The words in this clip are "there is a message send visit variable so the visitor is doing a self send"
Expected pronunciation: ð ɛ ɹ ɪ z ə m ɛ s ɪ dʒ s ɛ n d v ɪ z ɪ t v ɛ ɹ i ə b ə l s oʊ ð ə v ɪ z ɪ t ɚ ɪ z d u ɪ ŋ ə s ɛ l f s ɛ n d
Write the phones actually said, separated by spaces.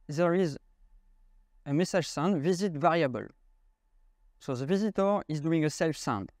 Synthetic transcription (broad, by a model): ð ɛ ɹ ɪ z ə m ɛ s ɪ ʒ s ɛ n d v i z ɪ t v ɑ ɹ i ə b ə l s oʊ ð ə v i z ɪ t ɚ ɪ z d u ɪ ŋ ə s ɛ l f s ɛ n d